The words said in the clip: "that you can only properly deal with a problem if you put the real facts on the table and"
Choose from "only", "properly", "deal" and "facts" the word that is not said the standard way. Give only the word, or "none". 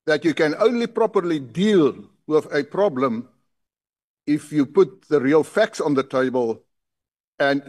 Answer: none